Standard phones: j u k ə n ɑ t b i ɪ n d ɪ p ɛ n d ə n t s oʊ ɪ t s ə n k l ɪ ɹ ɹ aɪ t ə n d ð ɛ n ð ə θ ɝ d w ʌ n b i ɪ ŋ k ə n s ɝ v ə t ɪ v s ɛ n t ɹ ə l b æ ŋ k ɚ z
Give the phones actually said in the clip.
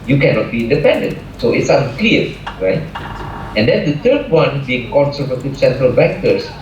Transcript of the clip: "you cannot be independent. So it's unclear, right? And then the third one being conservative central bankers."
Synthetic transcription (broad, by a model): j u k ə n ɑ t b i ɪ n d ɪ p ɛ n d ə n t s oʊ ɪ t s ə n k l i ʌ ɹ aɪ t ə n d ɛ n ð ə t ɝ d w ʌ n b i ɪ ŋ k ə n s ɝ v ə t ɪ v s ɛ n t ɹ ə l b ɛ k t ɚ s